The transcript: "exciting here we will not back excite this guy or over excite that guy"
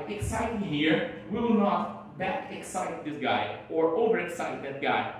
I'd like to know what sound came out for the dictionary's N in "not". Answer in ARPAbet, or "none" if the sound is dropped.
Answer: N